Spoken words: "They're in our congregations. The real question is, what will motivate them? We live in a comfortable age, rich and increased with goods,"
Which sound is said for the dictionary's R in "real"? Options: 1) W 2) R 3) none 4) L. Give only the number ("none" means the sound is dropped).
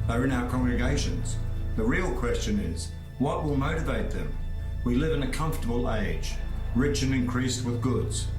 2